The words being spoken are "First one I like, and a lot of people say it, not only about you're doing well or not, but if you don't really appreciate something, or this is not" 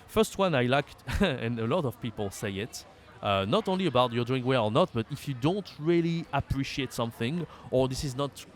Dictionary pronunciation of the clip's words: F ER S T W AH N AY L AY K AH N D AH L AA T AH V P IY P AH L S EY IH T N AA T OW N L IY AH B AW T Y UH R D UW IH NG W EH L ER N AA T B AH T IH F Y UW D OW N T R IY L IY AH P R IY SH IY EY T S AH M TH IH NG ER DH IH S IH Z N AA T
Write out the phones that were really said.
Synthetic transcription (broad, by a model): F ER S T W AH N AY L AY K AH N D AH L AA T AH V P IY P AH L S EY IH T N AA T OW N L IY AH B AW T Y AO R D UW IH NG W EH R ER N AA T B AH T IH F Y UW D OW N T R IY L IY AH P R IY SH IY EY T S AH M TH IH NG ER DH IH S IH Z N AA T